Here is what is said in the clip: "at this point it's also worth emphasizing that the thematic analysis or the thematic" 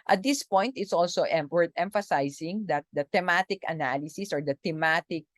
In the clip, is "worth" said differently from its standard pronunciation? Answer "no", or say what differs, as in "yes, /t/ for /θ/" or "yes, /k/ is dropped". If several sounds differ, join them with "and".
yes, /t/ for /θ/